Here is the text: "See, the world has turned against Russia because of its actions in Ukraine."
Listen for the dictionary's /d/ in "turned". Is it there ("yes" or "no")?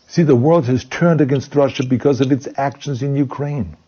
yes